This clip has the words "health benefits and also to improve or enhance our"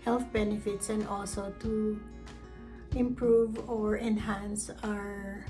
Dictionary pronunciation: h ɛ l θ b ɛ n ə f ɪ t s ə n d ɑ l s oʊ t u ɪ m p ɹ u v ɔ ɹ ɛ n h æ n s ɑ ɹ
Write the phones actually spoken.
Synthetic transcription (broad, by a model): h ɛ l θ b ɛ n ə f ɪ t s ə n d ɑ l s oʊ t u ɪ m p ɹ u v ɔ ɹ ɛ n h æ n s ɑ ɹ